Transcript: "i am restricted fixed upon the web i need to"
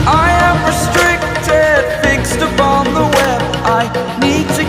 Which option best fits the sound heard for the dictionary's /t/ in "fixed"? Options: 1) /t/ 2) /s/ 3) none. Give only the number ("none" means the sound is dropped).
1